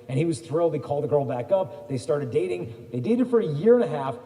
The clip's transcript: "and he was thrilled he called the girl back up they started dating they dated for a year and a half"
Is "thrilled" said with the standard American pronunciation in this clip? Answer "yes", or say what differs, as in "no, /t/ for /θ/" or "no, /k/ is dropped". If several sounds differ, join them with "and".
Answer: yes